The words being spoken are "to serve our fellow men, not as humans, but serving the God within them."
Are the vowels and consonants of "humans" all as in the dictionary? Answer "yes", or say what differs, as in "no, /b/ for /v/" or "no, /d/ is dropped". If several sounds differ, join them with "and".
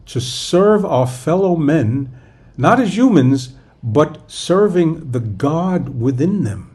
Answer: yes